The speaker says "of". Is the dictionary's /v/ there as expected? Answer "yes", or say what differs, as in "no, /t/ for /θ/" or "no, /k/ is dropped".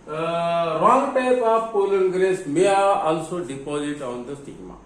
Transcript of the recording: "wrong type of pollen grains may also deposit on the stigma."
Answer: no, /p/ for /v/